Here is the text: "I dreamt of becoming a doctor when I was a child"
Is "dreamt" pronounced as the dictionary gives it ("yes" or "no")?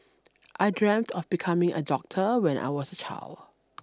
yes